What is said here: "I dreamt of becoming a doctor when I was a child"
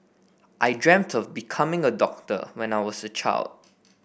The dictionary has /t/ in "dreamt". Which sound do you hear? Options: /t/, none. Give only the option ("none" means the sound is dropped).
/t/